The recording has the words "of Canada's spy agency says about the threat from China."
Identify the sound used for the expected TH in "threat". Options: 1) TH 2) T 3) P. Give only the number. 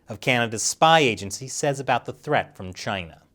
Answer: 1